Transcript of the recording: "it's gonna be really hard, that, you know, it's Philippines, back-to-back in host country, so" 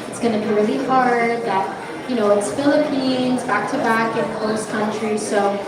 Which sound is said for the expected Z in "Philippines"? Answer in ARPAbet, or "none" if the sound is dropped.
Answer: Z